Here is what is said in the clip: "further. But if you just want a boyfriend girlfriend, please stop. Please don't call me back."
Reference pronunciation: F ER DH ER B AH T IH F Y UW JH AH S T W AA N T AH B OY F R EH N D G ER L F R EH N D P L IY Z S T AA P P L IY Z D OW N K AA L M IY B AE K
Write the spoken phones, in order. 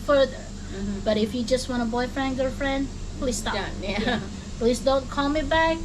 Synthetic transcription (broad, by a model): F ER DH ER B AH T IH F Y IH JH AH S T W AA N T AH B OY F R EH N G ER F R EH N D P L IY Z S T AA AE P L IY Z D OW N K AA L M IY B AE K